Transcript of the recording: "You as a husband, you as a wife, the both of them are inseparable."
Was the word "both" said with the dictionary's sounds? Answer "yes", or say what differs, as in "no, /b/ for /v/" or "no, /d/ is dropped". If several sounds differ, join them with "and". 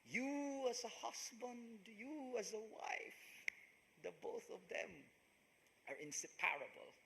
yes